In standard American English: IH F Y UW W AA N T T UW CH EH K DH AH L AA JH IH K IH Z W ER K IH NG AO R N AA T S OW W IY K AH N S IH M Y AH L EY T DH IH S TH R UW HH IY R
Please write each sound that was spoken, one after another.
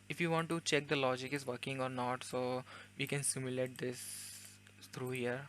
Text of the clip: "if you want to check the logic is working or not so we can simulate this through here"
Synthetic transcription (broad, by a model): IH F Y UW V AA N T T UW CH EH K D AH L AA JH IH K IH Z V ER K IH NG AO R N AA T S OW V IY K AH N S IH M Y AH L EY T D IH S T R UW HH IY R